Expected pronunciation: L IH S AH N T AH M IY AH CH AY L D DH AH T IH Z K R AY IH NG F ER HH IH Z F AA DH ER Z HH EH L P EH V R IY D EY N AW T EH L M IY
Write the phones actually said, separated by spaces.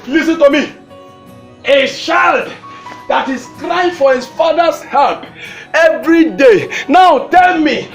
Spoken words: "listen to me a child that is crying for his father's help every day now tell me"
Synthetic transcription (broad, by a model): L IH S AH N T AH M IY AH SH AY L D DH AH T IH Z K R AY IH F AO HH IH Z F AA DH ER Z HH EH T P EH V R IY D EY N AW T EH L M IY